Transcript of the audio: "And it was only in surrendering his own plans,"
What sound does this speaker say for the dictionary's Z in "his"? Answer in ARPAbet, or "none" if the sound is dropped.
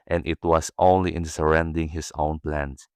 S